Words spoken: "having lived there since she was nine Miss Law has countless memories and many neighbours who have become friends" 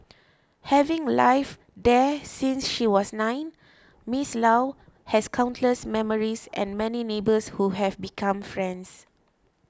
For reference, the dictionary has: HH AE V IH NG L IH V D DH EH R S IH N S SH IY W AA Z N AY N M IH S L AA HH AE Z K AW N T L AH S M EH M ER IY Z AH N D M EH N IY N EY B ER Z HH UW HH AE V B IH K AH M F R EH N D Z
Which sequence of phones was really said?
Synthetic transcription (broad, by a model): HH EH V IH NG L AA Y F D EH S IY N S SH IY W AA S N AY N M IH S L AA HH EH S K AW N T L AH S M EH M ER IY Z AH N M EH N IY N EY B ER S HH UW HH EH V B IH K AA M F R EH N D S